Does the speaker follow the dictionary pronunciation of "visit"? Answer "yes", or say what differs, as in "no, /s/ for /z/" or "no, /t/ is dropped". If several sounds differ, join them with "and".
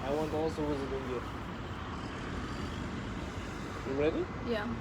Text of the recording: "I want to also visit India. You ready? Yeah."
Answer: no, /w/ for /v/